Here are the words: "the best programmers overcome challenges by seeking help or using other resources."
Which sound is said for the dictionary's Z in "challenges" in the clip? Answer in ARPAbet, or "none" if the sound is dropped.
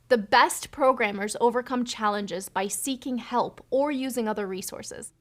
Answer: Z